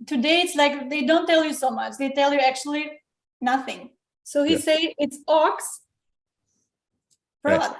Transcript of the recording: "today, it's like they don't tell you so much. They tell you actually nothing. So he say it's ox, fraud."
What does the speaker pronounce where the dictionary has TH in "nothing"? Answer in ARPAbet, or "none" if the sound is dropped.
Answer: TH